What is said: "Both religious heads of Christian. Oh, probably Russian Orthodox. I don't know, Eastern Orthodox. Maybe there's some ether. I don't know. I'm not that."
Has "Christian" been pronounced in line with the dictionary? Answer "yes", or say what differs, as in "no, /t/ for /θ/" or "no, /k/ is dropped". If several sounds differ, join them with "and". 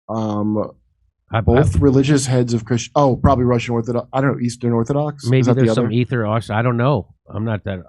no, /n/ is dropped